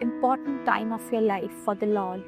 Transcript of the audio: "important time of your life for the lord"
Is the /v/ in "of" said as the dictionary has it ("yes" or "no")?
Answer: no